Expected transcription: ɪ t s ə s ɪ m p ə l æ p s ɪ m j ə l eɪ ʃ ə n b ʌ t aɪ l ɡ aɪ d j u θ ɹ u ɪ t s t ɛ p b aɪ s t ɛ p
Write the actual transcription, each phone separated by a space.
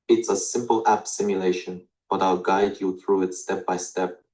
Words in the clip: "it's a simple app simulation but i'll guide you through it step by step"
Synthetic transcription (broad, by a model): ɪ t s ə s ɪ m p ə l æ p s ɪ m j ə l eɪ ʃ ə n b ʌ t aɪ l ɡ aɪ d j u θ ɹ u ɪ t s t ɛ p b aɪ s t ɛ p